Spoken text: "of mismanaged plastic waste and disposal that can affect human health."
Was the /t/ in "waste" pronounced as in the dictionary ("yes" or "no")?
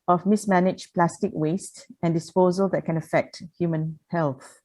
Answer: yes